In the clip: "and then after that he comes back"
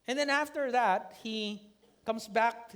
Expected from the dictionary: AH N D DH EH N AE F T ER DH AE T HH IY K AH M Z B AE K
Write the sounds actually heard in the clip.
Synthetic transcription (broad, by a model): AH N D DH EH N AE F T ER DH AE T HH IY K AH M S B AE K